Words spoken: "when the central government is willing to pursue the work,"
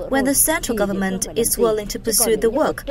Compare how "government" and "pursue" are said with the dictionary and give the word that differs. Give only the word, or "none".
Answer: none